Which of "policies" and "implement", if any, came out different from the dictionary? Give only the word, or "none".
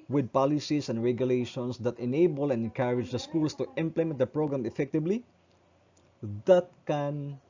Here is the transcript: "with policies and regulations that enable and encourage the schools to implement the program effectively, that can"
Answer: policies